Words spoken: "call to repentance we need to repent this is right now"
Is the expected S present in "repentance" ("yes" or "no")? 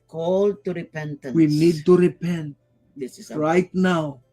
no